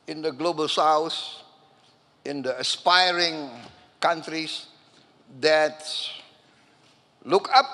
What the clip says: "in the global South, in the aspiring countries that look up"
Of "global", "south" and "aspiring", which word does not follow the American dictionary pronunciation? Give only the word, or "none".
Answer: south